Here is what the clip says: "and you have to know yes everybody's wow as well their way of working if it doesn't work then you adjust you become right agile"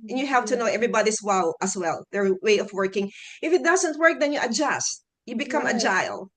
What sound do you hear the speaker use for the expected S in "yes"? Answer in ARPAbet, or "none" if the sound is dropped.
none